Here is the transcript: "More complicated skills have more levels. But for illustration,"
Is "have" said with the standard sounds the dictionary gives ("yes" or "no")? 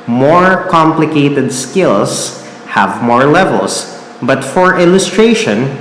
yes